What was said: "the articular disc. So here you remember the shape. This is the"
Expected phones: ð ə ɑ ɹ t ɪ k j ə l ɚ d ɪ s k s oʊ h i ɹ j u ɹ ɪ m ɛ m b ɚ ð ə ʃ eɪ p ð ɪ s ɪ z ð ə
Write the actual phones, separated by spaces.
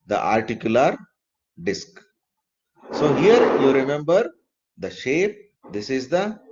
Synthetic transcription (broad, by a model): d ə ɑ ɹ t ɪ k j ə l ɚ d ɪ s k s oʊ h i ɹ j u ɹ ɪ m ɛ m b ɚ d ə ʃ eɪ p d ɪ s ɪ z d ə